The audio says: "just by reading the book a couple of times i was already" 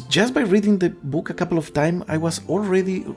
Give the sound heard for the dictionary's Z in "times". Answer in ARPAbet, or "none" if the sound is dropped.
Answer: none